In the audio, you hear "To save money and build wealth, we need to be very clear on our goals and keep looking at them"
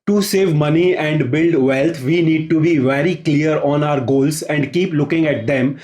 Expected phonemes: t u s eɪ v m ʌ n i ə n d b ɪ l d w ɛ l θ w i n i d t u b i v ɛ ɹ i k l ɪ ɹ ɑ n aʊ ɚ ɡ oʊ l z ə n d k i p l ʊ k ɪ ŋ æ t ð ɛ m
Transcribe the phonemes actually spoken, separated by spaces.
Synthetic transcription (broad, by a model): t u s eɪ v m ʌ n i ə n d b ɪ l d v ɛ l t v i n i d t u b i v ɛ ɹ i k l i ɹ ɑ n aʊ ɚ ɡ oʊ l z ə n d k i p l ʊ k ɪ ŋ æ t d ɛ m